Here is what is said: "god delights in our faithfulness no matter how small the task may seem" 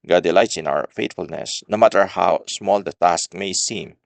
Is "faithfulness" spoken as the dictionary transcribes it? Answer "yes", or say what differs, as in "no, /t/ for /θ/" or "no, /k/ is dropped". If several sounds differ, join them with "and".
no, /t/ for /θ/